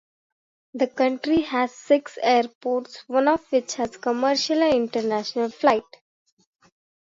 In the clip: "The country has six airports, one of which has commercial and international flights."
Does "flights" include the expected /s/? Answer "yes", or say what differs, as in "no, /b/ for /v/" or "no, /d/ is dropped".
no, /s/ is dropped